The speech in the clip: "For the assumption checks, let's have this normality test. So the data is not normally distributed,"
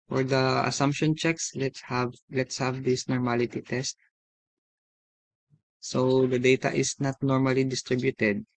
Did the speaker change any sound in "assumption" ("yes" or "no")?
no